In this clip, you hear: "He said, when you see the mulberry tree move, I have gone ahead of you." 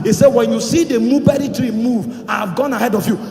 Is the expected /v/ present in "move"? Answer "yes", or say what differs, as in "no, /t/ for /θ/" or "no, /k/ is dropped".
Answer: yes